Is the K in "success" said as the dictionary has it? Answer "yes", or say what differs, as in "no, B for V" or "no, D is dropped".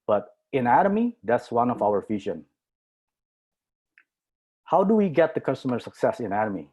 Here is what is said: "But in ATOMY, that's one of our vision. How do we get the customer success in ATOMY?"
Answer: yes